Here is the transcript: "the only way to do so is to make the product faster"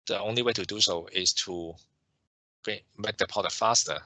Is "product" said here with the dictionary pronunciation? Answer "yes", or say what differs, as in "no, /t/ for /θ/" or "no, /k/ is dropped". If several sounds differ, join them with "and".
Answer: no, /ɹ/ is dropped